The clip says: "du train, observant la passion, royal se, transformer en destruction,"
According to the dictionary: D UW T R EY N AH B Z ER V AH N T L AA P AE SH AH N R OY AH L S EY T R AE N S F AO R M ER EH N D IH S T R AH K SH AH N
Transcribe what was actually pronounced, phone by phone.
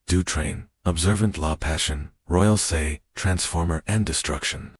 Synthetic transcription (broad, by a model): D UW T R EY N AH B Z ER V AH N T L AA P AE SH AH N R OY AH L S EY T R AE N S F AO R M ER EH N D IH S T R AH K SH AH N